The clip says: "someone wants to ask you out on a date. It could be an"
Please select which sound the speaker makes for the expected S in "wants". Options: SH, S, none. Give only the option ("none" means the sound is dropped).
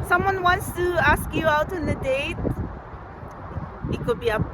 S